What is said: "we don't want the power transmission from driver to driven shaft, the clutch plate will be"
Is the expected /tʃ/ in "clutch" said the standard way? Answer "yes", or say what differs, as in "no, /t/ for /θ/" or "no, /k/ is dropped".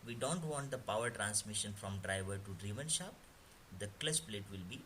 no, /s/ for /tʃ/